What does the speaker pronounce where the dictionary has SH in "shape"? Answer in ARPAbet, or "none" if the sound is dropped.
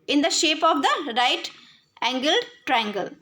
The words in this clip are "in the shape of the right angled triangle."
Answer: SH